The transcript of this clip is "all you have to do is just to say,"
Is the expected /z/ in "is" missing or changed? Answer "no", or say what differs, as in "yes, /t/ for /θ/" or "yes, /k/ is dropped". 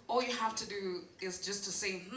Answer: no